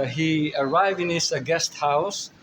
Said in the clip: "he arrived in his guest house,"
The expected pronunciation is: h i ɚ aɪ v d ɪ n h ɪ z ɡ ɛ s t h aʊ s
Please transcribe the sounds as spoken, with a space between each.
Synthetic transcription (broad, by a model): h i ɚ aɪ v d ɪ n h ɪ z ɡ ɛ s t h aʊ s